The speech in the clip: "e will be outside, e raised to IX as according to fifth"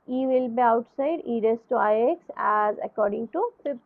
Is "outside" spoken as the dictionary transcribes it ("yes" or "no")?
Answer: yes